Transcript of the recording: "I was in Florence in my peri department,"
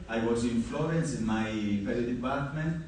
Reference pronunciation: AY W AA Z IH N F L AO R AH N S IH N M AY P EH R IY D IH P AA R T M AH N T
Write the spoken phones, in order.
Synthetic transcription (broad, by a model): AY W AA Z IH N F L AO R AH N S IH N M AY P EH L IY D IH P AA R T M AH N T